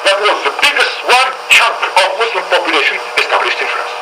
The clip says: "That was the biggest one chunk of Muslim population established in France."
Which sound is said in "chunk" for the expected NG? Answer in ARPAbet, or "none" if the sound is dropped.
none